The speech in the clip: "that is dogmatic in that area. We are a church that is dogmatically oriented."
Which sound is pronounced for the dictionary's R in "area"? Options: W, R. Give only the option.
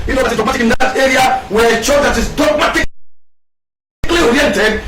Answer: R